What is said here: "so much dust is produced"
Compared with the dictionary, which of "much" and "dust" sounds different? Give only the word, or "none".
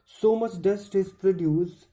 none